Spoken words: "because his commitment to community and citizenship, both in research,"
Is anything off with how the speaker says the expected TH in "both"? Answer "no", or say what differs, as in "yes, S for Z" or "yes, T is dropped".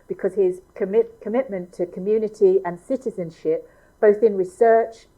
no